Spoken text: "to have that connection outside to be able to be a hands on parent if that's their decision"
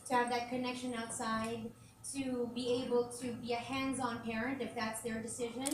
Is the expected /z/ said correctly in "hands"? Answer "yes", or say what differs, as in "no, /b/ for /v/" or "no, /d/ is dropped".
yes